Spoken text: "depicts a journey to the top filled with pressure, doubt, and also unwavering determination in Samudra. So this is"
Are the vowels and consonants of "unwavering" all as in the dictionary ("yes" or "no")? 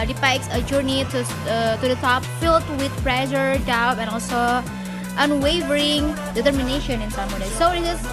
yes